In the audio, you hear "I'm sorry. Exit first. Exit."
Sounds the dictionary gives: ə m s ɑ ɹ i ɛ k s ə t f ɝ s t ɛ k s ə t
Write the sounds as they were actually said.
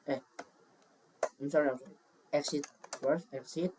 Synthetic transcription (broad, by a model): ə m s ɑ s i ɛ k s ə t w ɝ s ɛ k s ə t